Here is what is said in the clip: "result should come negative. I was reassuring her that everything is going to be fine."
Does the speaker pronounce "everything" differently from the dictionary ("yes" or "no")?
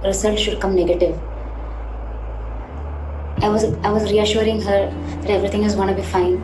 yes